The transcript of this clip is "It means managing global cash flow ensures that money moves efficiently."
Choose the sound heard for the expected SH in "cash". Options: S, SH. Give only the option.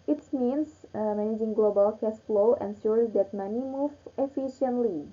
S